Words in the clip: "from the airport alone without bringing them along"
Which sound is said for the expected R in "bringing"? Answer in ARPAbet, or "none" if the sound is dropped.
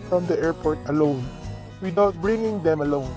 R